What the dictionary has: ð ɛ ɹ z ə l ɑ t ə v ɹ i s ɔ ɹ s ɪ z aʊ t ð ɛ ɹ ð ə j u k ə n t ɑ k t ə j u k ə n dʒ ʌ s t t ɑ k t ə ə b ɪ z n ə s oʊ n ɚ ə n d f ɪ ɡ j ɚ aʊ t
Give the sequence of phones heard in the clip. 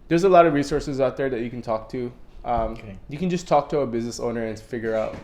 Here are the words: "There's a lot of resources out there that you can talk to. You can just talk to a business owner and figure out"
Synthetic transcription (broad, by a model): ð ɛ ɹ z ə l ɑ t ə v ɹ i s ɔ ɹ s ɪ z aʊ t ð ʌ ɹ ð ə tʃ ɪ k n t ɑ k t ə j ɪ k ə n dʒ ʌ s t t ɑ k t ə ə b ɪ z n ə s oʊ n ɚ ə n f ɪ ɡ j ɚ aʊ t